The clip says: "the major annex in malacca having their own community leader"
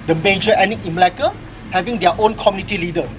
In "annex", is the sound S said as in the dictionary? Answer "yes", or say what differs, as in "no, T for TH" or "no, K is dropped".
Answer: no, S is dropped